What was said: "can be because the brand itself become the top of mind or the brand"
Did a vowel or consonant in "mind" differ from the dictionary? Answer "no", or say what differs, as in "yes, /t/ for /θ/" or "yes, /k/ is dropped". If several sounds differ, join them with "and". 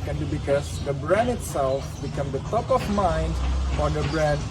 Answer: no